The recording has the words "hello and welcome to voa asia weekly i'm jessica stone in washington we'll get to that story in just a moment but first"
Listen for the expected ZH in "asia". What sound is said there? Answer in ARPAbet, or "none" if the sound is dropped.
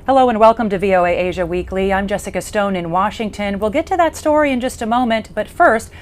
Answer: ZH